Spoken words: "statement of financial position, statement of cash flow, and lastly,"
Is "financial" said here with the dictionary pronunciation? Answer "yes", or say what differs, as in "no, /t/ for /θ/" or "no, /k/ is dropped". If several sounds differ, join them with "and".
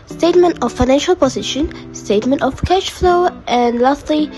yes